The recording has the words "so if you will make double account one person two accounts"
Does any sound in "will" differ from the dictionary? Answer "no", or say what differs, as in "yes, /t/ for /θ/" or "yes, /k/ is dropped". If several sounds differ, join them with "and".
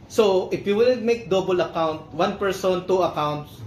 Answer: yes, /n/ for /l/